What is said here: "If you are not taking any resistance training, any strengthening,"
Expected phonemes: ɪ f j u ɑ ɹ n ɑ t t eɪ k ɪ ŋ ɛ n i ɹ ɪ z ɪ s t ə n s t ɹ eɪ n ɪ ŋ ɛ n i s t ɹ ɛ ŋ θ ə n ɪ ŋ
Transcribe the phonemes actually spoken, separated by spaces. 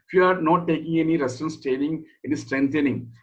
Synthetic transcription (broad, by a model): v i ɑ ɹ n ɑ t t eɪ k ɪ ŋ ɛ n i ɹ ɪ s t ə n s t eɪ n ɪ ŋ ɛ n i s t ɹ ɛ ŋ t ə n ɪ ŋ